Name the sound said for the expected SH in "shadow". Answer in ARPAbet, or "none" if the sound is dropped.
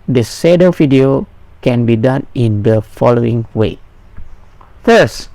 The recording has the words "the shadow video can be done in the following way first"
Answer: S